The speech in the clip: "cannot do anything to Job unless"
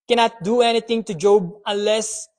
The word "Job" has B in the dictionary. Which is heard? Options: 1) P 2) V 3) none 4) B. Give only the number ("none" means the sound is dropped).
4